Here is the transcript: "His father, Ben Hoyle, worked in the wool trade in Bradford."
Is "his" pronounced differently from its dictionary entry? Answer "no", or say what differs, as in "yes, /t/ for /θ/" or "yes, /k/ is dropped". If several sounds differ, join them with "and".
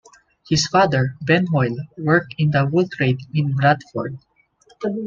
yes, /s/ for /z/